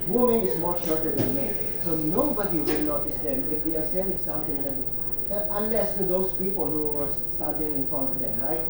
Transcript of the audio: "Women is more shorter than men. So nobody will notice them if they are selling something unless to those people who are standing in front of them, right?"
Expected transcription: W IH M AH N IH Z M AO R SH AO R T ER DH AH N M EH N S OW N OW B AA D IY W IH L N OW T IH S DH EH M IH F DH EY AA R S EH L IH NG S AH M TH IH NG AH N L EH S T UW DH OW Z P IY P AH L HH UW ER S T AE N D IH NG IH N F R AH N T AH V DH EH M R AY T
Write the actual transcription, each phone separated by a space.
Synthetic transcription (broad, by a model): W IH M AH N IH S M AO R SH AO R T ER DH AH N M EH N S OW N OW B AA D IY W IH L N OW T IH S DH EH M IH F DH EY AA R S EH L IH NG S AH M T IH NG AH N L EH S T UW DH OW S P IY P AH L HH UW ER S T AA D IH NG IH N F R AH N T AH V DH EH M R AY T